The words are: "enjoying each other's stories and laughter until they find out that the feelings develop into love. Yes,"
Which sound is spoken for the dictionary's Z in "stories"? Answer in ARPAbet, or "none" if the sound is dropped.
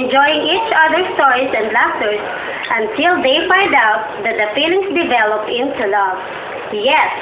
S